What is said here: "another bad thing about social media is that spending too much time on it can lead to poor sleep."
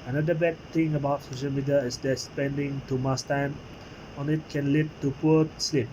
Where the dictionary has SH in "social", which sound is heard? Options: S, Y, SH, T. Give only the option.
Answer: SH